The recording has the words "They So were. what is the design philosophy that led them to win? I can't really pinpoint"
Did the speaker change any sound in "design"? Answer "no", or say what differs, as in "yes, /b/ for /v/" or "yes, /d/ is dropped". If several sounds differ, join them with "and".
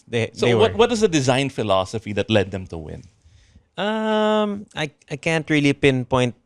no